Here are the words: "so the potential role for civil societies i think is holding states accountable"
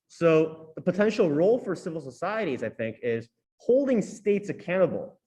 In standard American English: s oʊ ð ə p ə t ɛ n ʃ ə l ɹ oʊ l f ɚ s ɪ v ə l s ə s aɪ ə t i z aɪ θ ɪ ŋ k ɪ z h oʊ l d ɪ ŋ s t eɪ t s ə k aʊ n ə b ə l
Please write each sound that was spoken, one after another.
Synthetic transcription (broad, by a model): s oʊ ð ə p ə t ɛ n ʃ l ɹ oʊ l f ɚ s ɪ v l s ə s aɪ ə t i z aɪ θ ɪ ŋ k ɪ z h oʊ l d ɪ ŋ s t eɪ t s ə k aʊ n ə b l